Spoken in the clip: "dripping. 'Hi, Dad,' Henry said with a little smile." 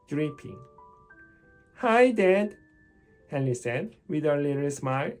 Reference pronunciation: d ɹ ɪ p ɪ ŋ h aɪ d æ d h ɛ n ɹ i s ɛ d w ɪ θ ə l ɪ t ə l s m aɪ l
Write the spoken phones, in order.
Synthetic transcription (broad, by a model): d ɹ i p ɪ ŋ h aɪ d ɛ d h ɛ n i s ɛ d w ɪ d ə l ɪ t ə l s m aɪ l